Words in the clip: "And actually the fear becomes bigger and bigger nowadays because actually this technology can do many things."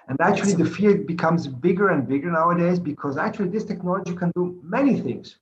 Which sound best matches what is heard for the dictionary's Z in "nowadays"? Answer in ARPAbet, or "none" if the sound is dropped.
Z